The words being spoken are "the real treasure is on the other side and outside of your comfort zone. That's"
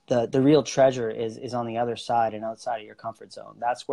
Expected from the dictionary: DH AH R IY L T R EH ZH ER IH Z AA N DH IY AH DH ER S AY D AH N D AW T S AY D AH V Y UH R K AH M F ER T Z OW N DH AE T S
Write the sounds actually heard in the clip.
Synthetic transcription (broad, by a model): DH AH R IY L T R EH ZH ER IH Z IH N DH IY AH DH ER S AY D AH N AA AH S AY D AH V Y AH R K AH M F ER T Z OW N DH AE T S